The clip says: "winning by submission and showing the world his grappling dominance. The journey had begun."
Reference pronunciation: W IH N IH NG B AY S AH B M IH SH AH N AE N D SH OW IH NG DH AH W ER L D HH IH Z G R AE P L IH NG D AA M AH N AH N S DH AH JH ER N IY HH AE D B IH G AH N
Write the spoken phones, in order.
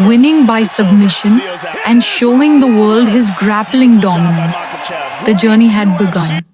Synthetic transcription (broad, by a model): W IH N IH NG B AY S AH B M IH SH AH N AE N D SH OW IH NG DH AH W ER L D HH IH Z G R AE P L IH NG D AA M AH N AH N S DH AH JH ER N IY HH AE D B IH G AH N